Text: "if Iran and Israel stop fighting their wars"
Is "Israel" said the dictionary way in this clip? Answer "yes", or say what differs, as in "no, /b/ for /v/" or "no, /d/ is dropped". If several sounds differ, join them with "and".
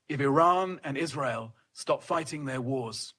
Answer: yes